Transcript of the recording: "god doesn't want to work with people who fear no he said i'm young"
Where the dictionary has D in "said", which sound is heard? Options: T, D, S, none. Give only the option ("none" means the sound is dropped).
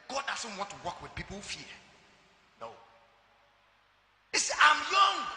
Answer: none